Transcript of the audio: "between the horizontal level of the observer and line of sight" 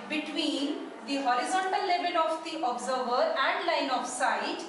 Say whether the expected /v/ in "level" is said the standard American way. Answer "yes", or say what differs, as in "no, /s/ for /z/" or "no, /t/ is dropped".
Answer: no, /b/ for /v/